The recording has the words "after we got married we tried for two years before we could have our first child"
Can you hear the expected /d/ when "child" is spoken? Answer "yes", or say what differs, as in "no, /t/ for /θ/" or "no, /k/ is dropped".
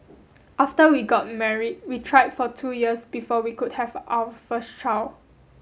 no, /d/ is dropped